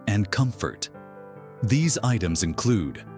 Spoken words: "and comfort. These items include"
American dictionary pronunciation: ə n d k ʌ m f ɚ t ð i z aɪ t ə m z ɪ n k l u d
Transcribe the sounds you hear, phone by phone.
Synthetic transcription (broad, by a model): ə n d k ʌ m f ɚ t ð i z aɪ t ə m z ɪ n k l u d